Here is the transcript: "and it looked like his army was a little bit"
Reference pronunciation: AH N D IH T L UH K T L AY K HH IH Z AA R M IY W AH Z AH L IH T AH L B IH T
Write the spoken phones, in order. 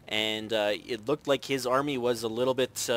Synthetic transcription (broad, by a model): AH N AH IH T L UH K T L AY K HH IH Z AA R M IY W AH Z AH L IH T L B IH T